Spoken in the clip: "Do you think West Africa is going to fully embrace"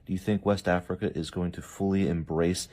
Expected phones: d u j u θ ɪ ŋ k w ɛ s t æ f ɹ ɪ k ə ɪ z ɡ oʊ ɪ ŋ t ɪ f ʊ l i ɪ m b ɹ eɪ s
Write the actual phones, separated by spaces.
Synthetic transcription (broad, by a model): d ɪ j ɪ θ ɪ ŋ k w ɛ s t æ f ɹ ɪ k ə ɪ z ɡ oʊ ɪ ŋ t ɪ f ʊ l i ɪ m b ɹ eɪ s